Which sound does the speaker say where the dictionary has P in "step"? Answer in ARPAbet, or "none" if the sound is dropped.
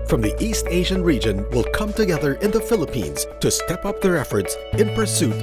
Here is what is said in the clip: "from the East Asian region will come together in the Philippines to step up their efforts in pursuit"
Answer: P